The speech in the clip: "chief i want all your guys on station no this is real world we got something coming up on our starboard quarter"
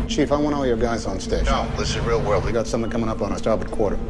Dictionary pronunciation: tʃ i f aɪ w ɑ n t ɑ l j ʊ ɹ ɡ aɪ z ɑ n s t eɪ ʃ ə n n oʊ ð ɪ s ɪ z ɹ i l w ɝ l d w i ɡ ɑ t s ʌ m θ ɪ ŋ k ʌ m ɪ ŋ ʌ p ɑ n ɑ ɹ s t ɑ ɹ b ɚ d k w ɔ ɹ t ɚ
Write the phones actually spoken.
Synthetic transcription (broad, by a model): tʃ i f aɪ w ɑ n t ɑ l j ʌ ɹ ɡ aɪ z n s t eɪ ə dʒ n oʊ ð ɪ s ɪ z ɹ i l w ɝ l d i ɡ ɑ t s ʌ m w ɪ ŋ k ʌ m ɪ ŋ ʌ p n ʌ s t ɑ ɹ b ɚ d k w ɔ ɹ t ɚ